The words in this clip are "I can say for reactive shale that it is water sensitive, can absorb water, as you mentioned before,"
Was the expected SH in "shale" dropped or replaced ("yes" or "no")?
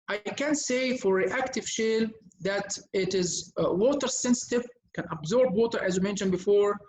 no